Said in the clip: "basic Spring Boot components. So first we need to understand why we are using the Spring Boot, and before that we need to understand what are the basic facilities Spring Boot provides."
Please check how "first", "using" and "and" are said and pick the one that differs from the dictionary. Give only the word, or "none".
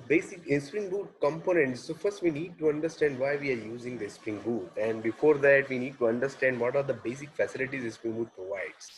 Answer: none